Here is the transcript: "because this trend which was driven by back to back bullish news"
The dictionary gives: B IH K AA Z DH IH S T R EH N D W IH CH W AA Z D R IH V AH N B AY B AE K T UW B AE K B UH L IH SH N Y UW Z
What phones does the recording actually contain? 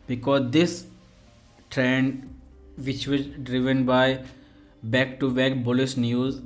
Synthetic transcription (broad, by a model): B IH K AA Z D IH S T R EH N D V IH CH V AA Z D R IH V AH N B AY B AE K T UW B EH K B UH L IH S N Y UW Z